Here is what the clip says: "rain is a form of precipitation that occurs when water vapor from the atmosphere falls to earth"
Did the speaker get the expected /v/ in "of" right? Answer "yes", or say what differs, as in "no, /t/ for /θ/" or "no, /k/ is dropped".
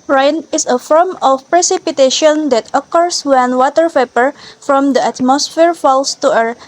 no, /f/ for /v/